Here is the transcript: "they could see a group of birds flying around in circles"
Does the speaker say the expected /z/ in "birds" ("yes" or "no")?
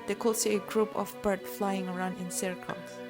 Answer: no